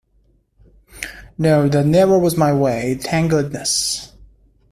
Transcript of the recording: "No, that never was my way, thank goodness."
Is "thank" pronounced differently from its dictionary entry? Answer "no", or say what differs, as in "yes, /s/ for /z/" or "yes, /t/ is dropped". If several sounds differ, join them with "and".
yes, /t/ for /θ/